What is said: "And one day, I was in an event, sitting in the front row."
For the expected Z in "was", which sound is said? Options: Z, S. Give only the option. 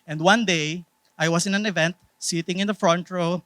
S